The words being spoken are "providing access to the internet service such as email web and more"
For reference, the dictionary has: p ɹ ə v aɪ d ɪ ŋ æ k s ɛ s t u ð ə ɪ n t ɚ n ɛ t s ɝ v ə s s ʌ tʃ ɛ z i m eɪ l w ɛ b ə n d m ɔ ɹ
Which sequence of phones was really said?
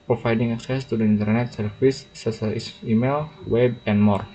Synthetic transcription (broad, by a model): p ɹ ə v aɪ d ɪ ŋ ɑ k s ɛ s t u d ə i n t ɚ n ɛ t s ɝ f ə s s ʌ i s i m eɪ l w ɛ b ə n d m ɔ ɹ